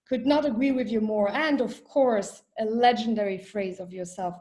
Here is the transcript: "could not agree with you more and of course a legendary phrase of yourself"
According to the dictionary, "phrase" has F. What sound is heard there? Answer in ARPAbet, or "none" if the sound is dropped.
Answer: F